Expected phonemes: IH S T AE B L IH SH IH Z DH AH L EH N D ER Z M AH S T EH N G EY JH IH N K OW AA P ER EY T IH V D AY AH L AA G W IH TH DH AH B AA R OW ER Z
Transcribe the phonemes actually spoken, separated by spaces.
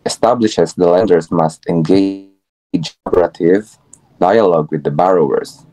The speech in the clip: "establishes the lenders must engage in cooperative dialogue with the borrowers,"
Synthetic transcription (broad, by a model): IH S T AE B L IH SH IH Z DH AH L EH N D ER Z M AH S T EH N G EY IH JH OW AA B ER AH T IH V D AY AH L AA G W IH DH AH B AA R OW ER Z